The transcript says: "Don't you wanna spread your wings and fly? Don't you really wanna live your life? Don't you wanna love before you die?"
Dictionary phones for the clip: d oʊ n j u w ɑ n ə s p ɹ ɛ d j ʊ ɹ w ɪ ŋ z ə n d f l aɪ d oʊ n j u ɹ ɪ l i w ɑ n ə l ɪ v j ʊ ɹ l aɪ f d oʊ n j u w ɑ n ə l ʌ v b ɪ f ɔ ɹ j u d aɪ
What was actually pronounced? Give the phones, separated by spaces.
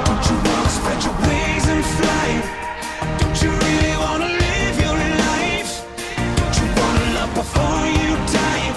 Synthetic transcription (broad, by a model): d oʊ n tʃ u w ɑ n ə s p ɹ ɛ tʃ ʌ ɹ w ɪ z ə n f l aɪ d oʊ n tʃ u ɹ ɪ l i w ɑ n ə l ɪ v j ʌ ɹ n aɪ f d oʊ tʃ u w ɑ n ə l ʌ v b ɪ f ɔ ɹ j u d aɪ